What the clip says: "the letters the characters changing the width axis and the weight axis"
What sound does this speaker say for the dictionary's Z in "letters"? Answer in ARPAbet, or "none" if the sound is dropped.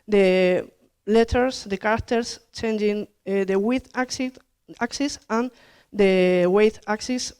S